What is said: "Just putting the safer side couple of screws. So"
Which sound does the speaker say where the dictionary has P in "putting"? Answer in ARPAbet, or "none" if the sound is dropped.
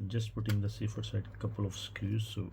P